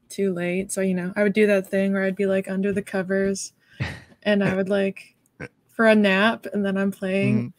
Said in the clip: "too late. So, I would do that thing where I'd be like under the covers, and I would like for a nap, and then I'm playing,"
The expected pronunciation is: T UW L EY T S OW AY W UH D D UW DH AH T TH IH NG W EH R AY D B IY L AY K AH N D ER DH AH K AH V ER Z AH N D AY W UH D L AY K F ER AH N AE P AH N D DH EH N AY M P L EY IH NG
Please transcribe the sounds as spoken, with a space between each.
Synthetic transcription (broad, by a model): T UW L EY T S OW AY W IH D D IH DH AH T TH IH NG W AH R AY D B IY L AY K AH N D ER DH AH K AH V ER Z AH N AY W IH D L AY K F ER AH N AE P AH N DH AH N AY M P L EY IH NG